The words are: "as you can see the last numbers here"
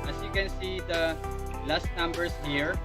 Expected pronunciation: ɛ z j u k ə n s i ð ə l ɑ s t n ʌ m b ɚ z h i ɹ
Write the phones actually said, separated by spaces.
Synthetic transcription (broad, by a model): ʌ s j u k ə n s i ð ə l ɑ s t n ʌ m b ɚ s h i ɹ